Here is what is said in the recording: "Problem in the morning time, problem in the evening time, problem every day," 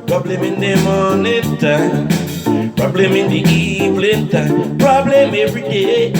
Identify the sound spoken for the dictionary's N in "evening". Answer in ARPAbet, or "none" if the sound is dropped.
L